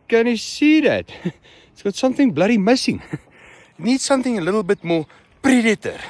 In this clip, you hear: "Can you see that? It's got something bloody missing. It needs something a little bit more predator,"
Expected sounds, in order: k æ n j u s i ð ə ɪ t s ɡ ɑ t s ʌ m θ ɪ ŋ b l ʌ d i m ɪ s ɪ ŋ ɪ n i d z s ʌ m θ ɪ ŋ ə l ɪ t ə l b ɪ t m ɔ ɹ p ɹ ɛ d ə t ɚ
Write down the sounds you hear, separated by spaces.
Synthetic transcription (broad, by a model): k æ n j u s i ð ɪ t s ɡ ɑ t s ʌ m θ ɪ ŋ b l ʌ d i m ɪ s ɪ ŋ n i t s ʌ m θ ɪ ŋ ə l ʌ t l b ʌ t m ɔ l p ɹ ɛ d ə t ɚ